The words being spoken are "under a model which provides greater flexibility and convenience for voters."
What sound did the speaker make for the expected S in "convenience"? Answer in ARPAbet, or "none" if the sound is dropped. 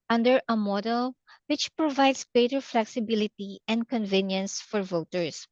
S